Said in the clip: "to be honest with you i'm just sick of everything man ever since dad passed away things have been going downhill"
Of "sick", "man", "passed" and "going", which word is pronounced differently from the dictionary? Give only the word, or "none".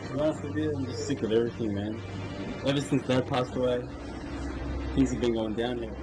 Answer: none